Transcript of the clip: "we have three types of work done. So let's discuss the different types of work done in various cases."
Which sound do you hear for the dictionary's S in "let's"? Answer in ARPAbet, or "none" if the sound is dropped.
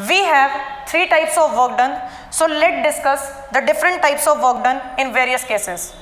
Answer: none